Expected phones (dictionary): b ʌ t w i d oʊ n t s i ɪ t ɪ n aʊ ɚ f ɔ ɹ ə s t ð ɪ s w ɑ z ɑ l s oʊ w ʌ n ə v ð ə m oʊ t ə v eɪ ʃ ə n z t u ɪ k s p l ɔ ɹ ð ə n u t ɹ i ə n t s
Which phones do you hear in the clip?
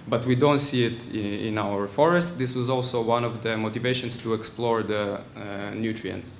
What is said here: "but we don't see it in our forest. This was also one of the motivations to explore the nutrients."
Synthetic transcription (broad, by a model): b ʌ t w i d oʊ n t s i ɪ t ɪ n aʊ ɚ f ɔ ɹ ə s t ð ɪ s w ɑ z ɑ l s oʊ w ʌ n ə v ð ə m oʊ t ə v eɪ ʃ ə n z t u ɪ k s p l ɔ ɹ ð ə n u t ɹ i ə n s